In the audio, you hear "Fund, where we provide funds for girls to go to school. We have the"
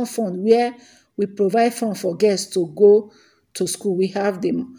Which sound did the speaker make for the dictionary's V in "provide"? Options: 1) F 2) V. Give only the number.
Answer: 2